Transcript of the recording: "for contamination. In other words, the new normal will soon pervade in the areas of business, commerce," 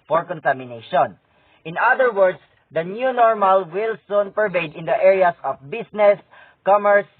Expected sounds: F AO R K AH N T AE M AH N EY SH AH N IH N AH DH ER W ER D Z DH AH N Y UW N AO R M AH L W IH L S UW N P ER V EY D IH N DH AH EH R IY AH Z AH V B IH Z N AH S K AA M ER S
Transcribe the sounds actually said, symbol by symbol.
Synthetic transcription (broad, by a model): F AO R K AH N T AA M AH N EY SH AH N IH N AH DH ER W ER D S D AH N Y UW N AO R M AH L W IH L S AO N P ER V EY D IH N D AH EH R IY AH S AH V B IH S N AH S K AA M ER S